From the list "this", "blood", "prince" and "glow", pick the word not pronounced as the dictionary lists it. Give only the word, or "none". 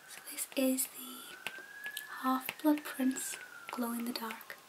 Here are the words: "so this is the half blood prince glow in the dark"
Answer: none